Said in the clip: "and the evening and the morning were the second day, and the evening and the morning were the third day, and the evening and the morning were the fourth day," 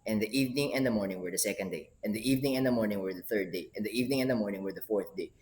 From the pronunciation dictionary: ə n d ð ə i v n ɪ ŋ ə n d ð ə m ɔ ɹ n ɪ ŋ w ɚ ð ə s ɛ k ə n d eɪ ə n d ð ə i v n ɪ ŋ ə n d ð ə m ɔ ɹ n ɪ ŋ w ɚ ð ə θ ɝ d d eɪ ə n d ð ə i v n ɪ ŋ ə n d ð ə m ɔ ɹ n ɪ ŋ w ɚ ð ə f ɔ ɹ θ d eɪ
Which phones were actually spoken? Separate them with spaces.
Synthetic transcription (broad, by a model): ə n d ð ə i v n ɪ ŋ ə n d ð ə m ɔ ɹ n ɪ ŋ w ɚ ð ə s ɛ k ə n d eɪ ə n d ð i v n ɪ ŋ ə n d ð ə m ɔ ɹ n ɪ ŋ w ɚ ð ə θ ɝ d d eɪ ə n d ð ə i v n ɪ ŋ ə n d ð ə m ɔ ɹ n ɪ ŋ w ɚ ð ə f ɔ ɹ θ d eɪ